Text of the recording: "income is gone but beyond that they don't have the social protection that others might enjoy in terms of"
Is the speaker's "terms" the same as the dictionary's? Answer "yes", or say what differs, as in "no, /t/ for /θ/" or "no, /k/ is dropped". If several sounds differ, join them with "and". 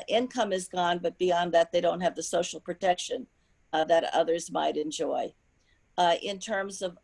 yes